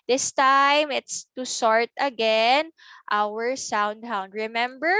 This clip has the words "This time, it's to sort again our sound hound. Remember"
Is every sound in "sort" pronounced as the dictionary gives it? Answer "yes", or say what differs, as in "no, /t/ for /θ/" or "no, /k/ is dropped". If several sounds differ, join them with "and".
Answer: yes